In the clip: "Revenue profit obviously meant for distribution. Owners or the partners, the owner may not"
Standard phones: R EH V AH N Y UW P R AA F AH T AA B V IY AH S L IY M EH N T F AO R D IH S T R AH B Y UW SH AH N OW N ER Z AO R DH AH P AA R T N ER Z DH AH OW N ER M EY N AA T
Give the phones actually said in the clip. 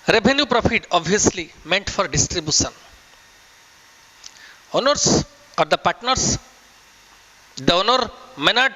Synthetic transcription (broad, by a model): R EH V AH N Y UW P R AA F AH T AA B IY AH S L IY M EH N T F AO R D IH S T R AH B Y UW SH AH N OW N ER S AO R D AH P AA R T N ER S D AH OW N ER M EY N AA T